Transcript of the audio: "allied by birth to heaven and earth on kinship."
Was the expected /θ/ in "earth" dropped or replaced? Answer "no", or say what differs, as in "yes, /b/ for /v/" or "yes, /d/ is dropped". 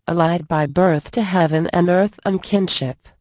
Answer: no